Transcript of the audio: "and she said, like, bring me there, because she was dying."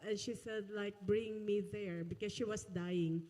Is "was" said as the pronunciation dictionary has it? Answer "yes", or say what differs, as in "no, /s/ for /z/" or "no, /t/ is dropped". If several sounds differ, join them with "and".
no, /s/ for /z/